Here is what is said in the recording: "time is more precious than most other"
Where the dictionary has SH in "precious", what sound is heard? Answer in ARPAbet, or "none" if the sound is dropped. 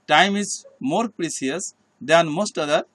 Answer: S